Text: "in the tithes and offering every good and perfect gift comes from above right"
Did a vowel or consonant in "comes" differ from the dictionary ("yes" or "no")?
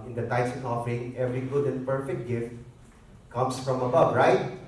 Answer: yes